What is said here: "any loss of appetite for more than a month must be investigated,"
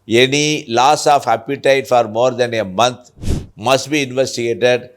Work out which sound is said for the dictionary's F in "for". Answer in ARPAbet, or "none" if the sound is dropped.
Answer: F